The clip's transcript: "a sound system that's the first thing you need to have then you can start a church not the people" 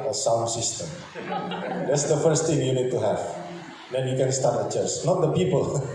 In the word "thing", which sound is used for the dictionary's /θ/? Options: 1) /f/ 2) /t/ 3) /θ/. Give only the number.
2